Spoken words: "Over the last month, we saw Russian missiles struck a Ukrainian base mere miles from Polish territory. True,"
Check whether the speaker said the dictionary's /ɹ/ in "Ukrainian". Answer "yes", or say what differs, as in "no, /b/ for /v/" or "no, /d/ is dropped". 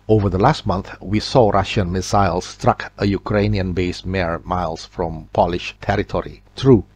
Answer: yes